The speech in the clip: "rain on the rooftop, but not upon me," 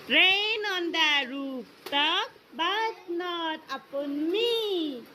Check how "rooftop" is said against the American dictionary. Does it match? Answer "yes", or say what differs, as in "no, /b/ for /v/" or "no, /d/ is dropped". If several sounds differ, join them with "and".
no, /p/ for /f/